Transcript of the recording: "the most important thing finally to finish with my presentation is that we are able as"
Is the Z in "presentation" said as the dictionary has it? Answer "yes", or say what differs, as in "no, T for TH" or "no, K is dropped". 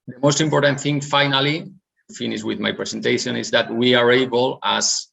no, S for Z